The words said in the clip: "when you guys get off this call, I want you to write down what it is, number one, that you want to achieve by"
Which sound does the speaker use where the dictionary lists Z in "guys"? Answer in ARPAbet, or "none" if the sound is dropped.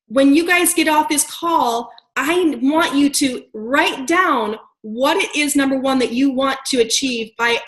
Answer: Z